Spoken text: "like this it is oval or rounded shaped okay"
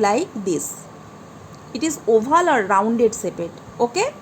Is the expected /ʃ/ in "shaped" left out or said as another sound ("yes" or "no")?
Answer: yes